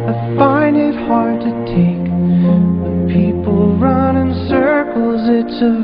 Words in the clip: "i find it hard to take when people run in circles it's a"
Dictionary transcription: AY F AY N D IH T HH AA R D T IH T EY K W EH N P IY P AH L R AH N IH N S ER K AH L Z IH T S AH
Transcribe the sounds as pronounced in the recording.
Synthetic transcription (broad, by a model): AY F AY N IH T HH AA R D T IH T EY K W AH P IY P L R AH N IH N S ER K L Z IH T S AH